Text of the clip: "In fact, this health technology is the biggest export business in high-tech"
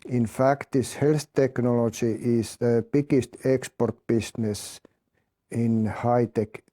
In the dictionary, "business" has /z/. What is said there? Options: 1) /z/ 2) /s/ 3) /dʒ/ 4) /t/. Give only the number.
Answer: 2